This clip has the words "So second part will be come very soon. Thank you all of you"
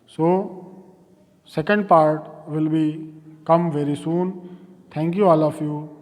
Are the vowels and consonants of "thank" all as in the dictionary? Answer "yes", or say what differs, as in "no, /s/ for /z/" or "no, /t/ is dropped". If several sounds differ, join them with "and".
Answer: no, /t/ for /θ/